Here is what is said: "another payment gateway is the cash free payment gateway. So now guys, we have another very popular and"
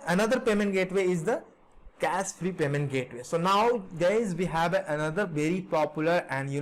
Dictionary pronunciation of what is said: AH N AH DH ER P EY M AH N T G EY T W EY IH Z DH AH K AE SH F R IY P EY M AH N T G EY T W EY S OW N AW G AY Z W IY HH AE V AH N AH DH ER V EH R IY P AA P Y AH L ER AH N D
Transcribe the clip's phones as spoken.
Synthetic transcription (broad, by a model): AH N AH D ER P EY M AH N T G EY T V EY IH Z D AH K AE S F R IY P EY M AH N T G EY T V EY S OW N AW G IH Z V IY HH AE V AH N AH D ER V EH R IY P AA P Y AH L ER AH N D